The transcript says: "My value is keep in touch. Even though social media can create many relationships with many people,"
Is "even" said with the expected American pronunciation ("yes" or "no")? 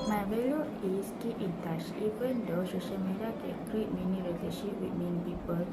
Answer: no